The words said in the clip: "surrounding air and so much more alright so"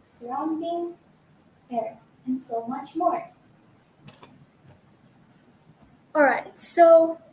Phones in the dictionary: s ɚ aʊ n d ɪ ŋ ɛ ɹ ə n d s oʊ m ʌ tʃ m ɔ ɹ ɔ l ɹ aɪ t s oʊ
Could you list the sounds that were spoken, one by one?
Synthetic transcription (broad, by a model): s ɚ aʊ n d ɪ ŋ ɛ ɹ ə n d s oʊ m ʌ tʃ m ɔ ɹ ɔ l ɹ aɪ t s oʊ